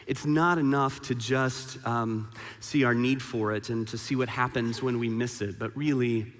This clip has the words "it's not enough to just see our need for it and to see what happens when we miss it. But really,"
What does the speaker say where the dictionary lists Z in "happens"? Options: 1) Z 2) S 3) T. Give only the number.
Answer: 1